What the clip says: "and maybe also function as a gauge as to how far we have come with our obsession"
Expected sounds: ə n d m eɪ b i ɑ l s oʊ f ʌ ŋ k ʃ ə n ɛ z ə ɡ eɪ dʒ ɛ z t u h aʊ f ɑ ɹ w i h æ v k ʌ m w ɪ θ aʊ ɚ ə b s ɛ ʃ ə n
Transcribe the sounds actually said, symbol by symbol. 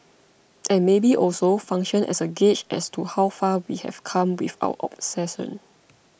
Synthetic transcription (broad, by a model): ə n m eɪ b i ɑ l s oʊ f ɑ ŋ k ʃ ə n ɛ s ə ɡ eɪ tʃ ɛ s t u h aʊ f ɑ w i h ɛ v k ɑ m w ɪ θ aʊ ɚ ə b s ɛ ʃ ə n